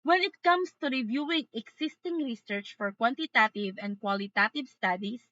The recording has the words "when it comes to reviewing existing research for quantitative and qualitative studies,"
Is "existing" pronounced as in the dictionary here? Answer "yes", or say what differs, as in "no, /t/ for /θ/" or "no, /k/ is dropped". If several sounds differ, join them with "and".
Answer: no, /s/ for /z/